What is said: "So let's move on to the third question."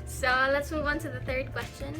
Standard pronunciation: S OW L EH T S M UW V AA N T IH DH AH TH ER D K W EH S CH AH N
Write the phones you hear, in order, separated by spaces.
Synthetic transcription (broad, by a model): S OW L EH T S M UW V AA N T IH DH AH TH ER D K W EH S CH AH N